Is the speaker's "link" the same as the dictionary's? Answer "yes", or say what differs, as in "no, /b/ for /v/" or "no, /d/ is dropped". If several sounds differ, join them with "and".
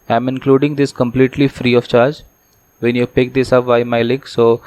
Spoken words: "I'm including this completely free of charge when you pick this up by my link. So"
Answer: no, /ŋ/ is dropped